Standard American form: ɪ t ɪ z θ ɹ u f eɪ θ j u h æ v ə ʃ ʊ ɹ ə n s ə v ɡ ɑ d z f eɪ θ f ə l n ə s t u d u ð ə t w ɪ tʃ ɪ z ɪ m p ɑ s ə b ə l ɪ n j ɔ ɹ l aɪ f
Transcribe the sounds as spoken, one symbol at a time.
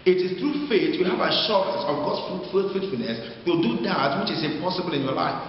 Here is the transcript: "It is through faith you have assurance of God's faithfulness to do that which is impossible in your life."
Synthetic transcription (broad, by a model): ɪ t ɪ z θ ɹ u f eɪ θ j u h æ v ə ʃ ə s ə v ɡ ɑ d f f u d f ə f n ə s t u d u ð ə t w ɪ tʃ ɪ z ɪ m p ɑ s ə b ə l ɪ n j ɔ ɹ l aɪ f